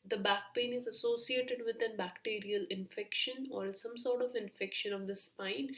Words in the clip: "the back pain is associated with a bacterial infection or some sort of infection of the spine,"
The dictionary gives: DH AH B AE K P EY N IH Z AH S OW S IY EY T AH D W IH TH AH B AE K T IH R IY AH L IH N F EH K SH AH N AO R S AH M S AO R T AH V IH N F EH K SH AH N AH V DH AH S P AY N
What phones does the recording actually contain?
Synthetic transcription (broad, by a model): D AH B AE K P EY N IH Z AH S OW S IY EY T AH D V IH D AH B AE K T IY R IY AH L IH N F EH K SH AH N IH L S AH M S AO R T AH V IH N F EH K SH AH N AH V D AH S P AY N